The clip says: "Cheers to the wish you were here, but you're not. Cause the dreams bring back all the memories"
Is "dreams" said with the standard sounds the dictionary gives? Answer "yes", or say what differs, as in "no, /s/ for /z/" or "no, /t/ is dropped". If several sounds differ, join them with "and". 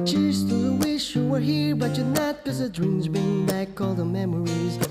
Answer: yes